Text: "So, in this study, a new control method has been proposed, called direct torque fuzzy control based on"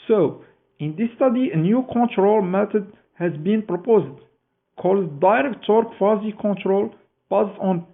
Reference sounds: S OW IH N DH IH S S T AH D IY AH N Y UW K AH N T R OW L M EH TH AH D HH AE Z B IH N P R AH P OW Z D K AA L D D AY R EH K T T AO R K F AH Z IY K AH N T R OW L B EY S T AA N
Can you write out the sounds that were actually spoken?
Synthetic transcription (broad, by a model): S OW IH N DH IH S S T AH D IY AH N Y UW K AH N T R OW L M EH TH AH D HH AE Z B IH N P R AH P OW Z D K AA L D D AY R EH K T T AO R K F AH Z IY K AH N T R OW L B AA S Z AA N